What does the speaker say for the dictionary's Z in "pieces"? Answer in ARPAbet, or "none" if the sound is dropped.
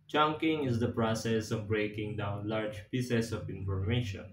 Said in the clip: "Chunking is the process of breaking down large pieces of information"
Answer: S